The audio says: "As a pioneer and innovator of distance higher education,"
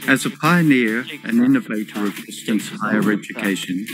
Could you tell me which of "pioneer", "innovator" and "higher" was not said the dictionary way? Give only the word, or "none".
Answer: none